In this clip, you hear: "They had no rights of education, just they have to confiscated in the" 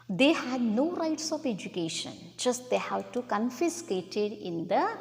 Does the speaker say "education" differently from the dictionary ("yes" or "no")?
no